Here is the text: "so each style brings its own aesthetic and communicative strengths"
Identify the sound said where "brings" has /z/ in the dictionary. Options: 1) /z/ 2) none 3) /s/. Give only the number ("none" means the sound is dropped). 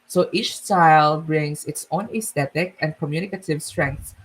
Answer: 3